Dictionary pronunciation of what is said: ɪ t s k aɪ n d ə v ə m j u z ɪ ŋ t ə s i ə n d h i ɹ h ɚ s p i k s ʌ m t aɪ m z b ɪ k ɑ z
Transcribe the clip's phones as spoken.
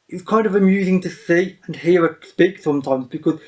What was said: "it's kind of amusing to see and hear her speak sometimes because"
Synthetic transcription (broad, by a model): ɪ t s k aɪ n d ə v ə m j u z ɪ ŋ t ə s i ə n h i ɹ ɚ s p i k s ʌ m t aɪ m z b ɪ k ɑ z